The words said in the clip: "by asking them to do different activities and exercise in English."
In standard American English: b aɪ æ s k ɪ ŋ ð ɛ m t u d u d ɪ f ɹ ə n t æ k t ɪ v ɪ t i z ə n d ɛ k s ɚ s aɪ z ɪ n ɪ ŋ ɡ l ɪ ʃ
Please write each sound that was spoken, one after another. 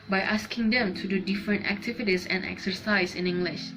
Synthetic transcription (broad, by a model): b aɪ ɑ s k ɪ ŋ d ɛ m t u d u d ɪ f ɹ ə n t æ k t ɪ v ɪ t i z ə n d ɛ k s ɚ s aɪ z ɪ n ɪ ŋ ɡ l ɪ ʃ